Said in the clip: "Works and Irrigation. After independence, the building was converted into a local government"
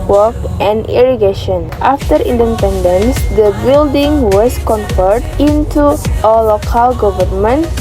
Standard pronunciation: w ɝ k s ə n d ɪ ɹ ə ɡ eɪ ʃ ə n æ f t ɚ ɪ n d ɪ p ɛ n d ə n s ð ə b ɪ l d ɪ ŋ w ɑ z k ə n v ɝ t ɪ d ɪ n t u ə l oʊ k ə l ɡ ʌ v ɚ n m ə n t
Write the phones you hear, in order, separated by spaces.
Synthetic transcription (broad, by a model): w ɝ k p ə n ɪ ɹ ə ɡ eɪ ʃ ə n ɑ f t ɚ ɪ n d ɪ p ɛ n d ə n s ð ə b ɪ l d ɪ ŋ w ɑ s k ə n f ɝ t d ɪ n t u ə l oʊ k ə l ɡ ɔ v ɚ n m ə n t